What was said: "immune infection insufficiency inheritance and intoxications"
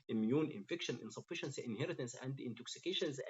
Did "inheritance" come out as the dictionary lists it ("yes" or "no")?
yes